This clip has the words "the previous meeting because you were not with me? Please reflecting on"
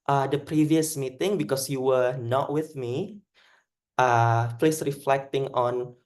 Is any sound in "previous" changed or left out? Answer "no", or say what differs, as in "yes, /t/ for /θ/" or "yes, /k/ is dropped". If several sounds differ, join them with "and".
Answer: no